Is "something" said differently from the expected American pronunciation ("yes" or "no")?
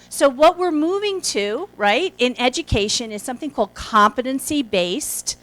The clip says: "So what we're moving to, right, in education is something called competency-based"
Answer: no